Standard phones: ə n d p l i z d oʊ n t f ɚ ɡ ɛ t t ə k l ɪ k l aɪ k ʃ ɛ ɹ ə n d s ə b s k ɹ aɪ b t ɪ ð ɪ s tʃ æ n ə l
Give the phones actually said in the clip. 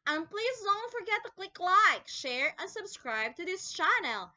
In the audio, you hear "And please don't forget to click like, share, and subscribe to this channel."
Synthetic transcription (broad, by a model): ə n p l i z d oʊ n t f ɚ ɡ ɛ t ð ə k l ɪ k l aɪ k ʃ ɛ ɹ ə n s ə b s k ɹ aɪ b t ɪ ð ɪ s tʃ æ n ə l